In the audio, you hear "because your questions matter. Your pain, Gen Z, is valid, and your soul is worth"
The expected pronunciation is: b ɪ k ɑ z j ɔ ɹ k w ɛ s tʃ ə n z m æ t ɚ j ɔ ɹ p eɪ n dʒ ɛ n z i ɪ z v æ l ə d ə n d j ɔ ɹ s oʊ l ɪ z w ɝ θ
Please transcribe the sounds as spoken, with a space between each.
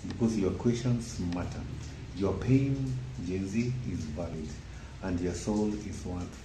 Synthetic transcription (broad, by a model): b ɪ k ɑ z j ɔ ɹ k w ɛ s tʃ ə n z m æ t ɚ j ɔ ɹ p eɪ n dʒ ɛ n z i ɪ z v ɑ l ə d ə n d j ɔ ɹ s oʊ l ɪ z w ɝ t